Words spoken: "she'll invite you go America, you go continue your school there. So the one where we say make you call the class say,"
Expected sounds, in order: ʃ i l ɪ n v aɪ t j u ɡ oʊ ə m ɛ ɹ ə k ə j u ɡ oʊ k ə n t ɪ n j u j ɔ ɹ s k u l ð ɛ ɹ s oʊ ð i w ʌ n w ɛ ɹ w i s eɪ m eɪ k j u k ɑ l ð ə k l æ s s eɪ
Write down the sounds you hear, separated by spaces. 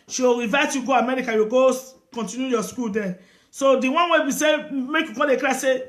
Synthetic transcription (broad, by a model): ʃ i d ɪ v aɪ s j u ɡ oʊ ə m ɛ ɹ ə k ə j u ɡ oʊ k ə n t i n j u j ɔ s k u l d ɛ s oʊ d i w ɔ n w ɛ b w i s eɪ m eɪ k j u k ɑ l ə k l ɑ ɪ s eɪ